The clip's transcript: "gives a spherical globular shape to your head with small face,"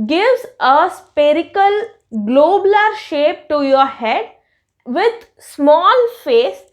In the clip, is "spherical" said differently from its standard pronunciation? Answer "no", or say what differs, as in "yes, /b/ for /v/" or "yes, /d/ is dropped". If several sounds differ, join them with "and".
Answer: yes, /p/ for /f/